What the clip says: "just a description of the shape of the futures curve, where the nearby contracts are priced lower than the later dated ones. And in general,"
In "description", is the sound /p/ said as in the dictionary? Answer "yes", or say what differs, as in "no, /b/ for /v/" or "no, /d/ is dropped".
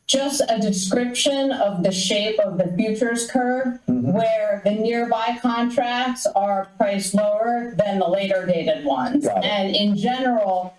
yes